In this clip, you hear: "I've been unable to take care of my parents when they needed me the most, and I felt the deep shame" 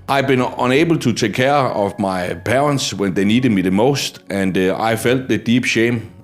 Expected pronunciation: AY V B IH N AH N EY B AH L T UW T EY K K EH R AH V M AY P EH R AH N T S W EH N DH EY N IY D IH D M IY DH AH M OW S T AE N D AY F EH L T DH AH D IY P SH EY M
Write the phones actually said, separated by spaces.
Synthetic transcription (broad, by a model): AY B IH N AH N EY B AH L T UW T EY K K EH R AH V M AY P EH R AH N S W EH N DH EY N IY D IH D M IY DH AH M OW S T AE N D AY F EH L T DH AH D IY B SH EY M